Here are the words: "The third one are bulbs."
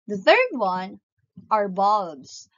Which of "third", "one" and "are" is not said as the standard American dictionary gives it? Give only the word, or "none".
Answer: none